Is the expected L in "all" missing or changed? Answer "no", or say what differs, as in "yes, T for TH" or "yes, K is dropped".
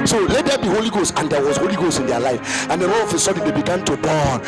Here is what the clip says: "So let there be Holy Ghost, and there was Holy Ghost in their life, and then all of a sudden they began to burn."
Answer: yes, N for L